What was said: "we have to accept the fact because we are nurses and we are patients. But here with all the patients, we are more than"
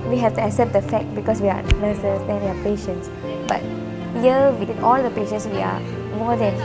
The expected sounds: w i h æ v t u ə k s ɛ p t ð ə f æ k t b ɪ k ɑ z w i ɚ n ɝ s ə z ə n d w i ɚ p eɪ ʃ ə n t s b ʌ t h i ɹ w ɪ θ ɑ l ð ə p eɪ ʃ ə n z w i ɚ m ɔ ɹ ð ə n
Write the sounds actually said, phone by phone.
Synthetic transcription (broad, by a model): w i h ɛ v t u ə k s ɛ p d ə f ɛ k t b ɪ k ɑ s w i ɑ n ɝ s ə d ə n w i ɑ p eɪ ʃ ə n t s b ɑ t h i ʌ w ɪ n ɑ l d ə p eɪ ʃ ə n s w i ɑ m ɔ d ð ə n